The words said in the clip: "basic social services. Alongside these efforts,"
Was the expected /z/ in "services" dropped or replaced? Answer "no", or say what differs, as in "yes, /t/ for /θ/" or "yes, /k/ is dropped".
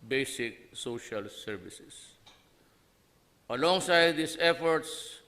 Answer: yes, /s/ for /z/